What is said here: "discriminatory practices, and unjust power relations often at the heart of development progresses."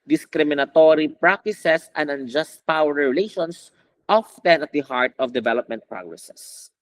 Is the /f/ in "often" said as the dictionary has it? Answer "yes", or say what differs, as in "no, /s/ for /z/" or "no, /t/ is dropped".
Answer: yes